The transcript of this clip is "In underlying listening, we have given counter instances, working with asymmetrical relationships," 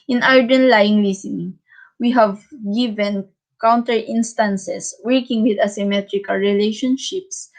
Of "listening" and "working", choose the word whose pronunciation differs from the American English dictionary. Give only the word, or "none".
listening